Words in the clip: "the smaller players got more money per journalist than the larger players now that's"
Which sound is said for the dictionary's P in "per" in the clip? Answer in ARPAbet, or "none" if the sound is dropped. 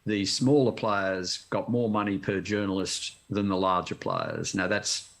P